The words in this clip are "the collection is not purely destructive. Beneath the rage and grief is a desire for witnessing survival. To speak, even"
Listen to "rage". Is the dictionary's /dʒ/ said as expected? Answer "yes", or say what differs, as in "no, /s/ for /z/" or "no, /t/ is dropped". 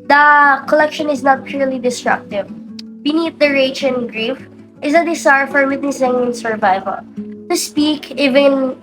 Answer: no, /tʃ/ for /dʒ/